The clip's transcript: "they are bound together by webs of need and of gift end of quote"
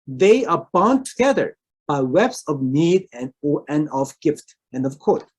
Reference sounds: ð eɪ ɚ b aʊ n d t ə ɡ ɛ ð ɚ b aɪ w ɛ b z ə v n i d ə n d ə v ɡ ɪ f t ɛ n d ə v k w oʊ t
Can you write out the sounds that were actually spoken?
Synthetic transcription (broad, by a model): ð eɪ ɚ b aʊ n t ə ɡ ɛ ð ɚ b aɪ w ɛ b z ə v n i d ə n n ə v ɡ ɪ f t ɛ n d ə v k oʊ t